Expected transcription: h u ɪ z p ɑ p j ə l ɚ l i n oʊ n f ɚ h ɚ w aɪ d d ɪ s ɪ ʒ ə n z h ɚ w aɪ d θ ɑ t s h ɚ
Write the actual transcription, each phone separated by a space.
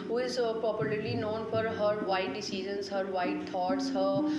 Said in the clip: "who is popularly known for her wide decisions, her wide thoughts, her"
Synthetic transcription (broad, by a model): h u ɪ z p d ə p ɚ l i n oʊ n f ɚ h ɚ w aɪ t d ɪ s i z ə n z h ɚ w aɪ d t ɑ t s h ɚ